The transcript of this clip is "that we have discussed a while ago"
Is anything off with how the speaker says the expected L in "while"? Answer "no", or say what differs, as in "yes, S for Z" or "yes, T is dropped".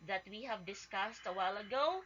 no